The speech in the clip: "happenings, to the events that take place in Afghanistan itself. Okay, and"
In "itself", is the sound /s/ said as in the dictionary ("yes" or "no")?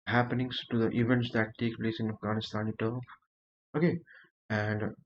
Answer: no